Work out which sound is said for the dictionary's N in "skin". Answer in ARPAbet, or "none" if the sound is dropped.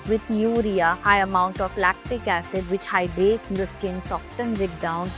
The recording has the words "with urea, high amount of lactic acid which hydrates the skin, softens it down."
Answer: N